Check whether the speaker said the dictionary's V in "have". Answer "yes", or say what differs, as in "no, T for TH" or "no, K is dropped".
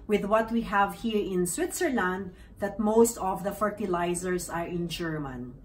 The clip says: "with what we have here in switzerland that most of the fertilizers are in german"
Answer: yes